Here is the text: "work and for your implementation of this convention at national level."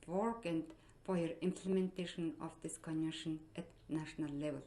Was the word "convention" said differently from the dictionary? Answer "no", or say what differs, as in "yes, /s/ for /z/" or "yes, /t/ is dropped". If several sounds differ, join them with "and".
yes, /v/ is dropped and /n/ is dropped